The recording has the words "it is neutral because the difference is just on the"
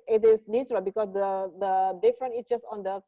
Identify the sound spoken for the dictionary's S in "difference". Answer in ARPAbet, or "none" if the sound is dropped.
none